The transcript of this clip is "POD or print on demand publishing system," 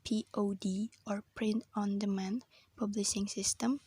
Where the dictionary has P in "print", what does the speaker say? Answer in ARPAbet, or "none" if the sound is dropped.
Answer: P